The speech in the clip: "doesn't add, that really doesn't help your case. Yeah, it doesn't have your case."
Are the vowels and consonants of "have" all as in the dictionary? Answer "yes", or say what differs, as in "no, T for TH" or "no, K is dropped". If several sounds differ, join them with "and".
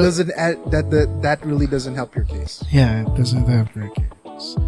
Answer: no, P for V